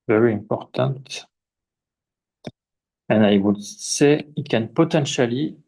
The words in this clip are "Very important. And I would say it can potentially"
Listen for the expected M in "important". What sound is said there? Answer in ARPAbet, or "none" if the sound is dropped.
M